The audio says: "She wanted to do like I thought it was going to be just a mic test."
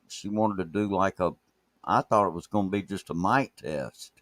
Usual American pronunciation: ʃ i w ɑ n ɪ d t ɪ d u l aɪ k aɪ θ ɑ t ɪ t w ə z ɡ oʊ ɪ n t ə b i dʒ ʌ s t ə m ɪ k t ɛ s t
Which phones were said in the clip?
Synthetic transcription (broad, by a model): ʃ i w ɑ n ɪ d t ɪ d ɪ l aɪ k aɪ θ ɑ t ɪ t w ə z ɡ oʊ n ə b i dʒ ʌ s t ə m ɪ t ɛ s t